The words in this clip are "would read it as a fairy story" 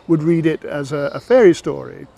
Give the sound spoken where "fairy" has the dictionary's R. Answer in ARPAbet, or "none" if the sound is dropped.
R